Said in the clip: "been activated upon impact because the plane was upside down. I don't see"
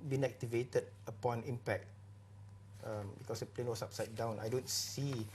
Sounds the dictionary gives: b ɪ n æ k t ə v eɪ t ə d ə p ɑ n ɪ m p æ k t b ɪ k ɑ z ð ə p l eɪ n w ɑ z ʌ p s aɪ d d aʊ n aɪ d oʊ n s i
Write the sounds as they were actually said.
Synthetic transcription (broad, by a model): b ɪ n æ k t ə v eɪ t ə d ə p ɑ n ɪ m p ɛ k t b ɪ k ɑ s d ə p l eɪ n w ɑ s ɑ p s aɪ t d aʊ n aɪ d oʊ n s i